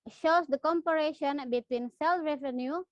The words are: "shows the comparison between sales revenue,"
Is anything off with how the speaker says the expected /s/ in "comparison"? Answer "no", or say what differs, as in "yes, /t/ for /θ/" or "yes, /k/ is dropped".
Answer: yes, /ʃ/ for /s/